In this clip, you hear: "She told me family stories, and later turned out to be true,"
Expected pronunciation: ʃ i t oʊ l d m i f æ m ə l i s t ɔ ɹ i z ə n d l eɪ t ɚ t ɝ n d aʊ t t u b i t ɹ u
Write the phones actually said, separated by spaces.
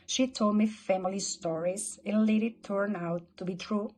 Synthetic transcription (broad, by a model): ʃ i t oʊ l d m i f æ m ə l i s t ɔ ɹ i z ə n l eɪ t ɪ t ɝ n aʊ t t u b i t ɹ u